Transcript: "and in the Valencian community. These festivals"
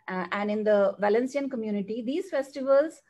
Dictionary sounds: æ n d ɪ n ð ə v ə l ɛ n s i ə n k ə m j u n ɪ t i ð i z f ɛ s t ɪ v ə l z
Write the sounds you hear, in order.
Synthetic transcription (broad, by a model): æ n d ɪ n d ə v ə l ɛ n s i ə n k ə m j u n ɪ t i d i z f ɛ s t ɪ v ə l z